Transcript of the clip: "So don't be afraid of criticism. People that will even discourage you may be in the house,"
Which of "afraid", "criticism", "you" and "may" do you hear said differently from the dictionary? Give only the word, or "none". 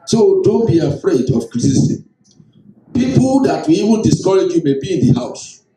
criticism